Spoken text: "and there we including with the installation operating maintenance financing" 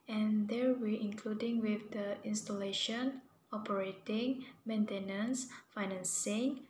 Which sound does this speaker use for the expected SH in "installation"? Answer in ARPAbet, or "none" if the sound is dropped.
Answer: SH